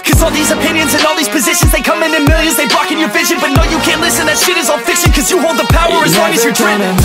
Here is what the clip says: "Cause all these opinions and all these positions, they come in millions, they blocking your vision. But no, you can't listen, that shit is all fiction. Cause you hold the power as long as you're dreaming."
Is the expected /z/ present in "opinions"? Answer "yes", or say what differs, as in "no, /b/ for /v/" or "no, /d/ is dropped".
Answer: yes